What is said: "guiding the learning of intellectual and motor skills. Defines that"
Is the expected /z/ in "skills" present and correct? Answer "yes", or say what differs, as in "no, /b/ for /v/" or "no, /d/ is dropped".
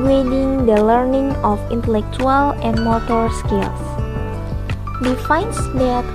no, /s/ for /z/